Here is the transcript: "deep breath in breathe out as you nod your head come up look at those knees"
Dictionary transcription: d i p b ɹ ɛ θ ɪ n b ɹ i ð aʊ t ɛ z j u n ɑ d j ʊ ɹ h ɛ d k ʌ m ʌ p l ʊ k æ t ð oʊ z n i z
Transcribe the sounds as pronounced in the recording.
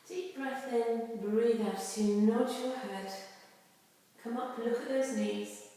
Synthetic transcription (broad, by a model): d i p b ɹ ɛ θ ɪ n b ɹ i ð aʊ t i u n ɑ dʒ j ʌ h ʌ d k ʌ m ʌ p l ʊ k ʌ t ð oʊ z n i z